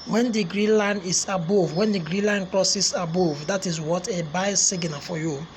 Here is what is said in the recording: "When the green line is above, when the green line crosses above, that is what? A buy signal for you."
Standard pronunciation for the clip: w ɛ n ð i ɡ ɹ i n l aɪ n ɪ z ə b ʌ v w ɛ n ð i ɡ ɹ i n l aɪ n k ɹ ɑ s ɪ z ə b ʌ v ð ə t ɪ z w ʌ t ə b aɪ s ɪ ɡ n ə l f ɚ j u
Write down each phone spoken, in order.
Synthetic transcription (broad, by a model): w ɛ n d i ɡ ɹ i n l aɪ n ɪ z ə b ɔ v w ɛ n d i ɡ ɹ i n l aɪ n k l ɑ s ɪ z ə b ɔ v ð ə t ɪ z w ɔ t ə b aɪ s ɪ ɡ n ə f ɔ j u